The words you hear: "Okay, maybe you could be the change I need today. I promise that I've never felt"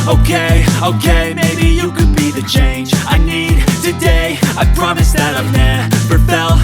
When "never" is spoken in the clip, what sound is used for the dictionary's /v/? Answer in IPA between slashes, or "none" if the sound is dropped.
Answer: /p/